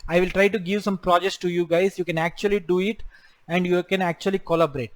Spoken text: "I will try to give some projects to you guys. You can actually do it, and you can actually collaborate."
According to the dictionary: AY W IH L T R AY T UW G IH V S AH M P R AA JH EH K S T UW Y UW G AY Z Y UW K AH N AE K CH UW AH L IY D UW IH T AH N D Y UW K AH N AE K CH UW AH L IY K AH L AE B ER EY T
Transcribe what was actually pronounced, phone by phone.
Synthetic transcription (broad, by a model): AY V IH L T R AY T UW G IH V S AH M P R AA JH EH K S T UW Y UW G AY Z Y UW K AH N AE K CH UW AH L IY D UW IH T AH N D Y UW K AH N AE K CH UW AH L IY K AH L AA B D EY T